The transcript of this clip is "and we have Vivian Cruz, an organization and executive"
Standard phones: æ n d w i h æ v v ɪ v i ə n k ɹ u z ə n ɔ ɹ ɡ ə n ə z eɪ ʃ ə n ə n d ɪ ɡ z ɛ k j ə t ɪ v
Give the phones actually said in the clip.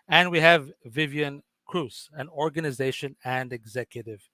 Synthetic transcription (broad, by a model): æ n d w i h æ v v ɪ v i ə n k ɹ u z ə n ɔ ɹ ɡ ə n ə z eɪ ʃ ə n ə n d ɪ ɡ z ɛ k j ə t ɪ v